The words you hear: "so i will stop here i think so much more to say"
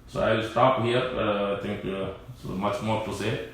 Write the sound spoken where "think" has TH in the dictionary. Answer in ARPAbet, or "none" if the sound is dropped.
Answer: T